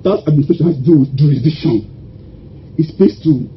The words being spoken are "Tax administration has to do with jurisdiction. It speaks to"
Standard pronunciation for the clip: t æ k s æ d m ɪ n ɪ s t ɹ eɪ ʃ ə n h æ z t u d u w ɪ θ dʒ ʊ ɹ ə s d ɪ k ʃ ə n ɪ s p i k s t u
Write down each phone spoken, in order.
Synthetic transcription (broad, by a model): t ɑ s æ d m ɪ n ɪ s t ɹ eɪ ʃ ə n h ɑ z t u d u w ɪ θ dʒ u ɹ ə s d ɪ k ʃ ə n ɪ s b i s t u